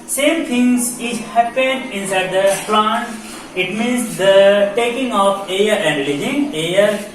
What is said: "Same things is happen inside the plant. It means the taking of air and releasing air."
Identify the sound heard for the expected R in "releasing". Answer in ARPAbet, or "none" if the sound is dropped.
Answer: L